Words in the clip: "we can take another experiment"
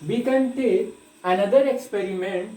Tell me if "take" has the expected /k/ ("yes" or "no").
no